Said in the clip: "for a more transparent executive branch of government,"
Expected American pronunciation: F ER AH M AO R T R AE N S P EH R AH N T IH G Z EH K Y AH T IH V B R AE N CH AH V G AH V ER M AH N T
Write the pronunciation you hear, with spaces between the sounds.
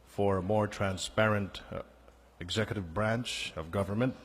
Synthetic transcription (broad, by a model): F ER AH M AO R T R AE N S P EH R AH N T IH G Z EH K Y AH T IH V B R AE N CH AH V G AH V ER M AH N T